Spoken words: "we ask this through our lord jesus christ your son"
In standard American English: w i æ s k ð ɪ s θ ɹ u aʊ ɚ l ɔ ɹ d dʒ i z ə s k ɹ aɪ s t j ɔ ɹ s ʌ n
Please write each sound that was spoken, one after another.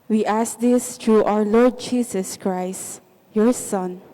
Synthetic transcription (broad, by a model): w i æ s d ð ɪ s t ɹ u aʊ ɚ l ɔ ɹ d dʒ i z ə s k ɹ aɪ s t j ɔ ɹ s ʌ n